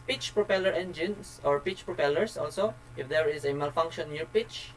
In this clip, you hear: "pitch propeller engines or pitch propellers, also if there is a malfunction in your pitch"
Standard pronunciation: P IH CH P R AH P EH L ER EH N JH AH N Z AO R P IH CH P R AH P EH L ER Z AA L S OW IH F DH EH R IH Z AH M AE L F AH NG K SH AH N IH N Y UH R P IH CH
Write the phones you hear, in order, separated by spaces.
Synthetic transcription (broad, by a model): P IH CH P R AH P EH L ER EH N JH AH N S AO R P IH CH P R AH P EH L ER S AA L S OW IH F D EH R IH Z AH M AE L F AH NG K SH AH N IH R P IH CH